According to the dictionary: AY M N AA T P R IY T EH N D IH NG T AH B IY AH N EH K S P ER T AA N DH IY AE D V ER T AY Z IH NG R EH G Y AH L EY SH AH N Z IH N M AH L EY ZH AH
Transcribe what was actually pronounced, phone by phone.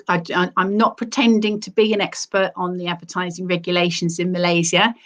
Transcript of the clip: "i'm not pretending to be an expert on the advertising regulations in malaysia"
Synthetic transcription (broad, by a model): AY M N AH T P R IY T EH N D IH NG T AH B IY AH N EH K S P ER T N DH IY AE D V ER T AY Z IH NG R EH G Y AH L EY SH AH N Z IH N M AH L EY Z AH